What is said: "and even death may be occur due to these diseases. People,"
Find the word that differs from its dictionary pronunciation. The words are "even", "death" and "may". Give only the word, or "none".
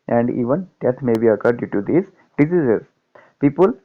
death